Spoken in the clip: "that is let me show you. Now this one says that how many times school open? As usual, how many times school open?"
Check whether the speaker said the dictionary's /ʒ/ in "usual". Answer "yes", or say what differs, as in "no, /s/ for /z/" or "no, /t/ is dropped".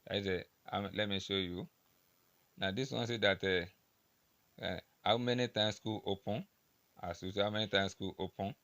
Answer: no, /s/ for /ʒ/